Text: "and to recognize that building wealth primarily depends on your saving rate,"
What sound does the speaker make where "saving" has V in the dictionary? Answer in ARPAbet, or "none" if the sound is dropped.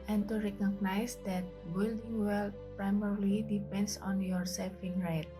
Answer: F